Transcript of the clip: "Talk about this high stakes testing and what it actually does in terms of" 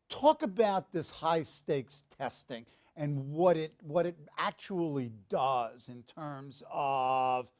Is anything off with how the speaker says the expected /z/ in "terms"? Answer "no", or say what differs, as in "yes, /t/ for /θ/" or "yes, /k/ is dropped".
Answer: no